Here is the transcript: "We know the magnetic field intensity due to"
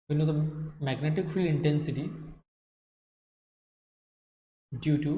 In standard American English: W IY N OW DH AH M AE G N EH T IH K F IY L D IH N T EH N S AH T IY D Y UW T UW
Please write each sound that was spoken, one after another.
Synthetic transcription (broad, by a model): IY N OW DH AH M AE G N EH T IH K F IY L IH N T EH N S AH T IY D Y UW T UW